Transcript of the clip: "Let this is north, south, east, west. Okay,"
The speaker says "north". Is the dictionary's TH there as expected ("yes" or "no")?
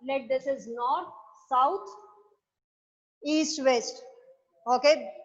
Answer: no